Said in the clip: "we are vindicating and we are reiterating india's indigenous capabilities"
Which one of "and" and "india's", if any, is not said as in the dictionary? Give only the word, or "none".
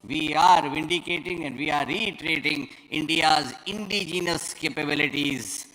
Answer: none